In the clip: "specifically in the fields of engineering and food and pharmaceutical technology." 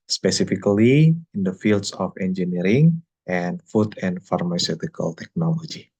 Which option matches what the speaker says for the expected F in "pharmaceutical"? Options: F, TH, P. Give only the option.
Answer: F